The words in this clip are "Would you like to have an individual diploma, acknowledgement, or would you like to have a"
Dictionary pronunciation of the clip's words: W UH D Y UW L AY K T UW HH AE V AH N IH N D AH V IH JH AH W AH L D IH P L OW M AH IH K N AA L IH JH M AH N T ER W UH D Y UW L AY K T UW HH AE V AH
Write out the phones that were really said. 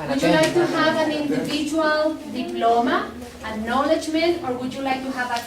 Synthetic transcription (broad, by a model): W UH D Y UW L AY K T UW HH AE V AH N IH N D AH V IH JH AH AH L D IH P L OW M AH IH N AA L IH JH M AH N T ER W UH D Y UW L AY K T UW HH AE V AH